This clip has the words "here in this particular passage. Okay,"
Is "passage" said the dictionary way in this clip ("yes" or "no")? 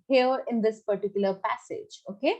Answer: yes